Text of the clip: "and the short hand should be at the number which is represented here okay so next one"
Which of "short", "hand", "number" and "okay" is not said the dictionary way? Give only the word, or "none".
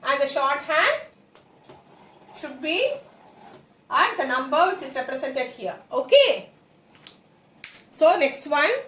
none